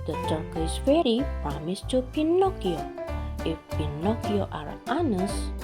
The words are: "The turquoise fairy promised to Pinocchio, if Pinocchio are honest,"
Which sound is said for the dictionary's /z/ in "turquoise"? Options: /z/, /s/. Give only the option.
/s/